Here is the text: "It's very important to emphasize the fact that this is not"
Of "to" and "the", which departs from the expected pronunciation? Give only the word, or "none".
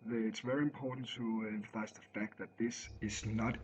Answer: none